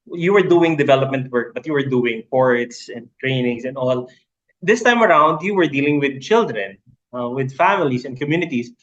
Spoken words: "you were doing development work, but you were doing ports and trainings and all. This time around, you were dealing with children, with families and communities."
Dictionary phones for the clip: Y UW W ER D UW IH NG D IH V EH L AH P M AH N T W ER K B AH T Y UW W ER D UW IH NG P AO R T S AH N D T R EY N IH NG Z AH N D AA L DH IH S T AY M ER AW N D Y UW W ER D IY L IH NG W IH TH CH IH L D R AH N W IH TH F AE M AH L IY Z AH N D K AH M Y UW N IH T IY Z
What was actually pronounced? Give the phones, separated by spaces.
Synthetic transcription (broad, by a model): Y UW W ER D UW IH NG D IH V EH L AH P M AH N T W ER K B AH T Y UW W ER D UW IH NG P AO R T S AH N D T R EY N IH NG S AH N D AA L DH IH S T AY M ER AW N D Y UW W ER D IY L IH NG W IH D CH IH L D R AH N W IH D F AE M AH L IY S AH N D K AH M Y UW N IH T IY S